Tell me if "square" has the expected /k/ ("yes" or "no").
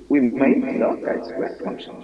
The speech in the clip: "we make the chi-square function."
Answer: no